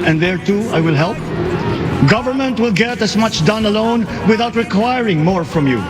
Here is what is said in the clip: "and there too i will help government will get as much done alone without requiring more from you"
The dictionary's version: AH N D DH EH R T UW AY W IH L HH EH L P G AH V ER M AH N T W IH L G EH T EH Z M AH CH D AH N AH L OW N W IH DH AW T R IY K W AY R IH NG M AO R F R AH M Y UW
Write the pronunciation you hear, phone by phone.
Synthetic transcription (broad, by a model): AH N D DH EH R T UW AY W IH L HH EH L P G AH V ER M AH N T W IH L G EH T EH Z M AH CH D AH N AH L OW N W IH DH AW T R IY K W AY R IH NG M AO R F R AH M Y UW